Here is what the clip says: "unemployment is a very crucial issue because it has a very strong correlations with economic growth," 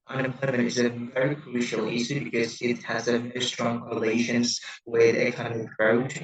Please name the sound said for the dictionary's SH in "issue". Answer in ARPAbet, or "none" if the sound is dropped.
S